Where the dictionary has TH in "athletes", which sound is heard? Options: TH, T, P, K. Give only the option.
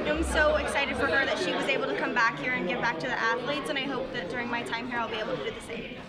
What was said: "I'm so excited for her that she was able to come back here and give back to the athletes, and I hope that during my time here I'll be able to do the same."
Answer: TH